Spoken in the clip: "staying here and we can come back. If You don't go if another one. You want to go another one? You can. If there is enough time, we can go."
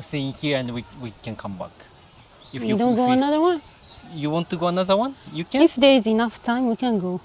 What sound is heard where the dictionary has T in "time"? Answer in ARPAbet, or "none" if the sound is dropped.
T